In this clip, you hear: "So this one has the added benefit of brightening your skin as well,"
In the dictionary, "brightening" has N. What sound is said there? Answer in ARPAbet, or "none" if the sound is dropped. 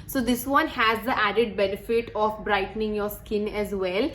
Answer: N